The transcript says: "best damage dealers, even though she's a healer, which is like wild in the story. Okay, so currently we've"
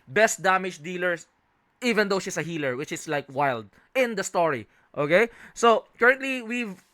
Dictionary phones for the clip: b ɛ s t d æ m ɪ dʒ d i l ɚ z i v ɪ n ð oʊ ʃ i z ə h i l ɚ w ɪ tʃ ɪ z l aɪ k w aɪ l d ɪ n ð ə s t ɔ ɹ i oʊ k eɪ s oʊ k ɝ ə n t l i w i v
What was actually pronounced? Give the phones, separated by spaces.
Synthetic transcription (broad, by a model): b ɛ s t d æ m ɪ dʒ d i l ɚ s i v ɪ n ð oʊ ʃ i s ə h i l ɚ w ɪ tʃ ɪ s l aɪ k w aɪ l d ɪ n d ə s t ɔ ɹ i oʊ k eɪ s oʊ k ɝ ə n t l i w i v